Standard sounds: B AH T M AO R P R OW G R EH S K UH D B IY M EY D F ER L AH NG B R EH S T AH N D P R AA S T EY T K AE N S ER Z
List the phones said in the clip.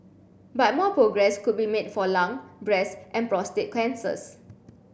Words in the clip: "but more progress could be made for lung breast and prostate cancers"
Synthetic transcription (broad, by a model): B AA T M AO P R OW G R EH S K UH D B IY M EY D F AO L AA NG B R EH S T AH N P R AA S T EY T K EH N S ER S